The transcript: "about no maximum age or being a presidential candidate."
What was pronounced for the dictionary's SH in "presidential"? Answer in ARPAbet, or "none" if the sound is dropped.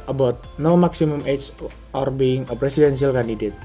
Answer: S